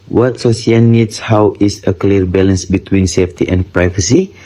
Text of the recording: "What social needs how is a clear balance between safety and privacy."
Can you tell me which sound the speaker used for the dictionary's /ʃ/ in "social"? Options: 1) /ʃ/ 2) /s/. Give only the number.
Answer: 2